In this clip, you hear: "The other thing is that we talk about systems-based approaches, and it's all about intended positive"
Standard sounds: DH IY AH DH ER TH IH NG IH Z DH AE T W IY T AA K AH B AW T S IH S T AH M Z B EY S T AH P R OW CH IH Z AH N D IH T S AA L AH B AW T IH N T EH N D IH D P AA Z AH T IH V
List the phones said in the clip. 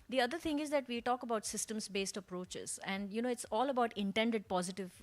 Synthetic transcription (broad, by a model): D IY AH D ER T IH NG IH Z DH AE T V IY T AA K AH B AW T S IH S T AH M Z B EY S T AH P R OW CH IH Z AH N D IH T S AA L AH B AW T IH N T EH N D IH D P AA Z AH T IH V